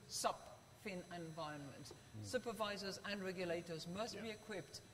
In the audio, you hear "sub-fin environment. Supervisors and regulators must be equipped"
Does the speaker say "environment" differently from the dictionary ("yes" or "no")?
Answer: yes